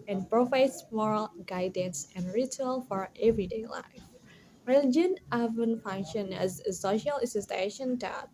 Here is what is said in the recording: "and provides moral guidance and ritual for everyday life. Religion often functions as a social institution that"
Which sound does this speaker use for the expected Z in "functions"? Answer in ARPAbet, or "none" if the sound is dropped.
none